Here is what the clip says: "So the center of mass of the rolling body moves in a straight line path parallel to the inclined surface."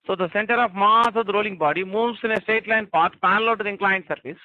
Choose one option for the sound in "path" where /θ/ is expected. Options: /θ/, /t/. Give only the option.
/t/